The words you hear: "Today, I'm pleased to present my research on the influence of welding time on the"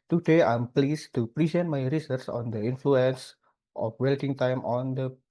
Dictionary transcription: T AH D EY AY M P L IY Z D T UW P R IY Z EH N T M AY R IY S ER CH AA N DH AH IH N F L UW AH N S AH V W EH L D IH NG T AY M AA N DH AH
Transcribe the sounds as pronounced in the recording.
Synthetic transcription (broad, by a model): T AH D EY AY M P L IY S T UW P R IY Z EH N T M AY R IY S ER S AA N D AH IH N F L UW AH N S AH F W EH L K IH NG T AY M AA N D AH